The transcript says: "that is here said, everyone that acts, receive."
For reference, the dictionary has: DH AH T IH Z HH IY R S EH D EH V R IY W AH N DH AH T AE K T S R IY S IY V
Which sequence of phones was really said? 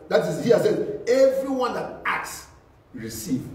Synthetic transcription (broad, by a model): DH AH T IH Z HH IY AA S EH EH V R IY W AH N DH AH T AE K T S R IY S IY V